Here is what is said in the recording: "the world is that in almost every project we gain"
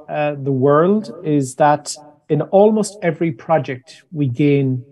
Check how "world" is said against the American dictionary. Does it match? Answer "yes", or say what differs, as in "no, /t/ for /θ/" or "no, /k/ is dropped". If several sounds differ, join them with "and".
yes